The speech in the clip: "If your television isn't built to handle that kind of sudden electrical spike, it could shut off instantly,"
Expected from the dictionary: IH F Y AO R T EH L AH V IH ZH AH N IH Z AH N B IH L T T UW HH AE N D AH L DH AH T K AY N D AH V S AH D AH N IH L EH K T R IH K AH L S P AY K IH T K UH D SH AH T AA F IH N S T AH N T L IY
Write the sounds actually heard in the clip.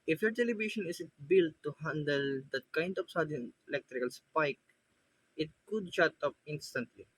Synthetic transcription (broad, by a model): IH F Y AO R T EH L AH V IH SH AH N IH S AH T B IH L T T UW HH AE N D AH L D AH T K AY N D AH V S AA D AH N IH L EH K T R IH K AH L S P AY K IH T K UH D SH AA T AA P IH N S T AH N T L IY